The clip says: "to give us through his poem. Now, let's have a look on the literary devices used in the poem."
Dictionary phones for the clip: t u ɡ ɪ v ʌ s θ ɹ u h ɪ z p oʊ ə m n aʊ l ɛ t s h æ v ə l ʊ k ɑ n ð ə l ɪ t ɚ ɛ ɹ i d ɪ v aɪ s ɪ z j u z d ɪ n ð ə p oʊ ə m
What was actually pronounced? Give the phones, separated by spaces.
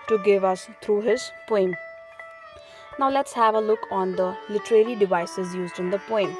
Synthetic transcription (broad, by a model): t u ɡ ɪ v ʌ s t ɹ u h ɪ z p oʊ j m n aʊ l ɛ t s h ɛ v ə l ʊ k ɑ n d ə l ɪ t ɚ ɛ l i d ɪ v aɪ s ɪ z j u z d ɪ n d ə p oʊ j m